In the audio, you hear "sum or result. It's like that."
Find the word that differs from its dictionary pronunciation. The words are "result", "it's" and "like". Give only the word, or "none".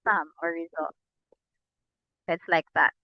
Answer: none